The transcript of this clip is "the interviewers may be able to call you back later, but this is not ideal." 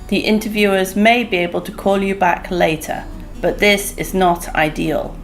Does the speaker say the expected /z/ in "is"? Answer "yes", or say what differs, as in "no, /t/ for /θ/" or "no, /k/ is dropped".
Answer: yes